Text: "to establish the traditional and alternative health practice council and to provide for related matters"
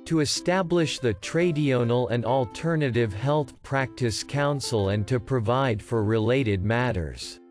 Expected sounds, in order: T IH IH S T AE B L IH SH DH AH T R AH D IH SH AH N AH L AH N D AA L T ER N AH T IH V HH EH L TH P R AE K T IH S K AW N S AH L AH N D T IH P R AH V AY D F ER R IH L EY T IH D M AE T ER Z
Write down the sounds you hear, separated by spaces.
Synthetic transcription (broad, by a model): T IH IH S T AE B L IH SH DH AH T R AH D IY AH N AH L AH N D AA L T ER N AH T IH V HH EH L TH P R AE K T IH S K AW N S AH L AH N T IH P R AH V AY D F ER R IH L EY T IH D M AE T ER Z